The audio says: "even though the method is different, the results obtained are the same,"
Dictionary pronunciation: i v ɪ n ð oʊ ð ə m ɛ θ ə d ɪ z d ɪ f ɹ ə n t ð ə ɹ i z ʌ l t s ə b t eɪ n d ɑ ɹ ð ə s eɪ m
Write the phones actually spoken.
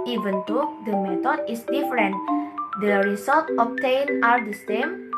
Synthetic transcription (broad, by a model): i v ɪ n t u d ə m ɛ t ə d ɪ s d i f ɹ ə n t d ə ɹ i s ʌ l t ə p t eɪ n ɑ ɹ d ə s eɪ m